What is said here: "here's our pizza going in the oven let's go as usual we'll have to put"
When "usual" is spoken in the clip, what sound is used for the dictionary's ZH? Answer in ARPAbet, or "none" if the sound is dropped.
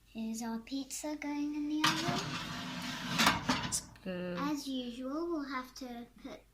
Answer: ZH